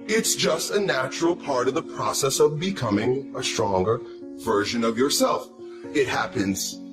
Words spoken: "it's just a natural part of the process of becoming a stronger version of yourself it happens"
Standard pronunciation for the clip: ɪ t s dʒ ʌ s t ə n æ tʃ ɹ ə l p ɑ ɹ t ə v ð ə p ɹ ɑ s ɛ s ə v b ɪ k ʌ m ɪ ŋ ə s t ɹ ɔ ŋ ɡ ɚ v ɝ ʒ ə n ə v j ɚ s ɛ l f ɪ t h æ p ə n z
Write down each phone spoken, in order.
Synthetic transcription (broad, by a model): ɪ t s dʒ ʌ s t ə n æ tʃ ɹ l p ɑ ɹ t ə v ð ə p ɹ ɑ s ɛ s ə v b ɪ k ʌ m ɪ ŋ ə s t ɹ ɔ ŋ ɡ ɚ v ɝ ʒ ə n ə v j ɚ s ɛ l f ɪ t h æ p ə n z